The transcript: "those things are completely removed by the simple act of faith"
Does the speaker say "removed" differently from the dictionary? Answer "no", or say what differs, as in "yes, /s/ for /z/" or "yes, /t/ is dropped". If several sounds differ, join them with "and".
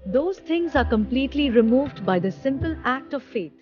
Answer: no